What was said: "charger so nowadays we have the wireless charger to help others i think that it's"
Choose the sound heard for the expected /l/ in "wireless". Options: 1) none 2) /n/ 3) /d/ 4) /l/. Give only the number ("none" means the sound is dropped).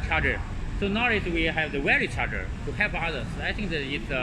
1